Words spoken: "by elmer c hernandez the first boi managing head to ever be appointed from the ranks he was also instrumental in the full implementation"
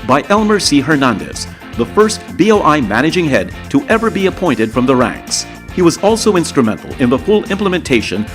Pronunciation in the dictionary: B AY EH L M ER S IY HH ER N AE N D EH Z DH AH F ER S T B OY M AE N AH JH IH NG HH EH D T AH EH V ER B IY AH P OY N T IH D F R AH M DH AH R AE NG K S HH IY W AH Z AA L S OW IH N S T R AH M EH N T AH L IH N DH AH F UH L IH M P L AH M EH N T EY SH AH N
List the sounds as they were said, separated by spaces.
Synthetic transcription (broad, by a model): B AY EH L M ER S IY HH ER N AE N D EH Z DH AH F ER S T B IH M AE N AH JH IH NG HH EH D T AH EH V ER B IY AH P OY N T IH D F R AH M DH AH R AE NG K S HH IY W AH Z AA L S OW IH N S T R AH M EH N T L IH N DH AH F UH L IH M P L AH M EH N T EY SH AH N